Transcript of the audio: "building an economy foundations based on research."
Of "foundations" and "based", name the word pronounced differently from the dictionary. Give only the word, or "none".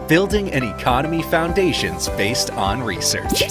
none